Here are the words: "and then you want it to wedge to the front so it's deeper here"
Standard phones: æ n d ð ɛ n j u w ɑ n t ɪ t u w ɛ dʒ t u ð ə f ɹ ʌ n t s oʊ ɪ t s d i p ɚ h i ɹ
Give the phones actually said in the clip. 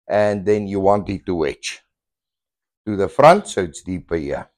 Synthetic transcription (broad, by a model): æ n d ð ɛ n j u w ɑ n t ɪ t u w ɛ tʃ t u ð ə f ɹ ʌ n t s oʊ ɪ t s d i p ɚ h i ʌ